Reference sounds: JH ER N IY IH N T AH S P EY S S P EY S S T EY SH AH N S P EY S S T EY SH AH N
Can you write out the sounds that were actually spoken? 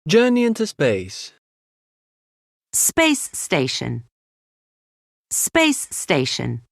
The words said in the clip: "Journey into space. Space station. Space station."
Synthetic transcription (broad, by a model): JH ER N IY IH N T AH S P EY S S P EY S S T EY SH AH N S P EY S S T EY SH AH N